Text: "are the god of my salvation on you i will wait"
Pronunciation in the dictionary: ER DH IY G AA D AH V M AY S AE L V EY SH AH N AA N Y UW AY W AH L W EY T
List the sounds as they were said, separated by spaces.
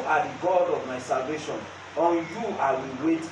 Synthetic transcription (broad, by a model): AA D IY G AA D AH V M AY S AE L V EY SH AH N AA N Y UW AY W AH L W EY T